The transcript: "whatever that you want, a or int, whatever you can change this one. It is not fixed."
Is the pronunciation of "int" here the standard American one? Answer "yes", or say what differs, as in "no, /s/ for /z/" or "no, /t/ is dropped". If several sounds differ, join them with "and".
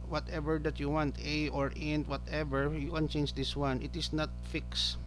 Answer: yes